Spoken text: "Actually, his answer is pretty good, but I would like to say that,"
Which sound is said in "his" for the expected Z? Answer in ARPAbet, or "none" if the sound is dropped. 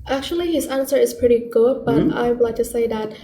Z